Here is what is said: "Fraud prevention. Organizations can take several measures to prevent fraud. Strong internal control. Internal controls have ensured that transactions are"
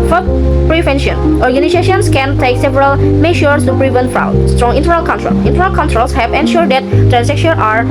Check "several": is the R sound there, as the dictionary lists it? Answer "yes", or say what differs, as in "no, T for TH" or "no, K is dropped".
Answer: yes